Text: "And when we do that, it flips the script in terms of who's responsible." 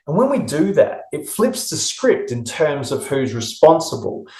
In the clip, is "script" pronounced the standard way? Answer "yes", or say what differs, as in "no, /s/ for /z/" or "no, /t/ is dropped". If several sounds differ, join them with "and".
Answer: yes